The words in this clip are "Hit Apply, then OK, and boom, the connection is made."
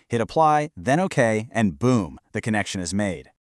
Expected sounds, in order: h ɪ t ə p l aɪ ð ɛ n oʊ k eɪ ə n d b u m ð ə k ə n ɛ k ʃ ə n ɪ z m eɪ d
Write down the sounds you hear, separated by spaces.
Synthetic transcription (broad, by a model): h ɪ t ə p l aɪ ð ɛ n oʊ k eɪ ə n b u m ð ə k ə n ɛ k ʃ ə n ɪ z m eɪ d